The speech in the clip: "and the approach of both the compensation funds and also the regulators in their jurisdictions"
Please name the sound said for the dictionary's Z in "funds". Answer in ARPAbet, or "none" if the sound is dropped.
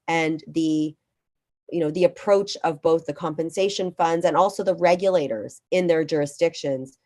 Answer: Z